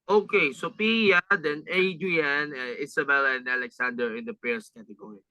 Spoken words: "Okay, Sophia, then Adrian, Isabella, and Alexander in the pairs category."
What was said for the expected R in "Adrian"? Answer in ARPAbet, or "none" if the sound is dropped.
none